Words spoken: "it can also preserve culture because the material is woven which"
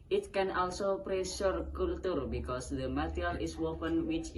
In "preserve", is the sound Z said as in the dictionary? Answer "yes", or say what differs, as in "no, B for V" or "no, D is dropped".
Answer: no, S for Z